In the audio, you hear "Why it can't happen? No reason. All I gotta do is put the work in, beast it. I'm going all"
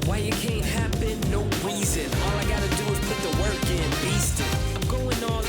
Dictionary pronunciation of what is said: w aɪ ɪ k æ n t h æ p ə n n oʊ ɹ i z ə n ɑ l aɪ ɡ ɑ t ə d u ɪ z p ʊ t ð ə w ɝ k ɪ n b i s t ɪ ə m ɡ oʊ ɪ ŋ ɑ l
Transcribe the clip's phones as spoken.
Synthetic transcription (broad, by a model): w aɪ ɪ k æ n t h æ b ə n n oʊ ɹ i z ə n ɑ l aɪ ɡ ɑ t ə d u ɪ z p ʊ t ð ə w ɝ k ɪ n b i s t ɪ ə m ɡ oʊ ɪ ŋ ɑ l